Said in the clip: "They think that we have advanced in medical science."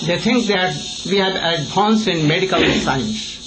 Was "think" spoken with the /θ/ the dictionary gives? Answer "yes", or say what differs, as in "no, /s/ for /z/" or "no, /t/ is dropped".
no, /t/ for /θ/